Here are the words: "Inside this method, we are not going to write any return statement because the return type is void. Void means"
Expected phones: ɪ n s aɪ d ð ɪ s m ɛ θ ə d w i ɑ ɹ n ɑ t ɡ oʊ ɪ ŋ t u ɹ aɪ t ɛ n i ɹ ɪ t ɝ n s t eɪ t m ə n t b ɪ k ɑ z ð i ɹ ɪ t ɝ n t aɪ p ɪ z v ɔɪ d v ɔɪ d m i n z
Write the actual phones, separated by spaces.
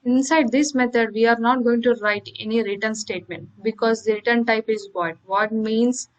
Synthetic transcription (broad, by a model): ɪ n s aɪ d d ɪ s m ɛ t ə d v i ɑ ɹ n ɑ t ɡ oʊ ɪ ŋ t u ɹ aɪ t ɛ n i ɹ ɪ t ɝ n s t eɪ t m ə n t b ɪ k ɑ z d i ɹ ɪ t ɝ n t aɪ p ɪ z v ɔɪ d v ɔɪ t m i n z